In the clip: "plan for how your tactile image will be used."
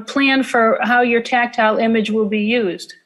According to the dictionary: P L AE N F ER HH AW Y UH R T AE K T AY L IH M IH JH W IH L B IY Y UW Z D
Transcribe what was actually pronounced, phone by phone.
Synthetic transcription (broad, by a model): P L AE N F ER HH AW Y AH R T AE K T AY L IH M IH JH W IH L B IY Y UW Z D